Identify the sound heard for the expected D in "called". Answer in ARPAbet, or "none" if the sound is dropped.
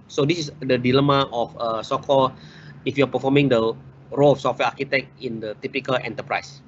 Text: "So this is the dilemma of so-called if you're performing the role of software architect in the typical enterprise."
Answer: none